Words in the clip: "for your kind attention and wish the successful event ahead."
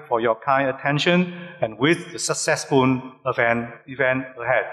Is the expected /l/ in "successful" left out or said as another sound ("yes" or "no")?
yes